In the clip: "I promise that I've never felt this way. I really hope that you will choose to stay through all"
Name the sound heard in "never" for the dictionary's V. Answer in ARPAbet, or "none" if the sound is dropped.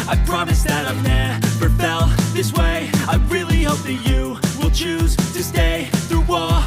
P